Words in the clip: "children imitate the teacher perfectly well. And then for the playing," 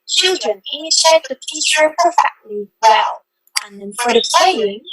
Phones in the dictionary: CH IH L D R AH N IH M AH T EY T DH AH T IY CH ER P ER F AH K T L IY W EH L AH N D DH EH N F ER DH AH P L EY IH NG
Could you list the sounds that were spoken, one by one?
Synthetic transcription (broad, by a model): CH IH L D R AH N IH AH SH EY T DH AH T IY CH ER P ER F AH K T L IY W EH L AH N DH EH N F ER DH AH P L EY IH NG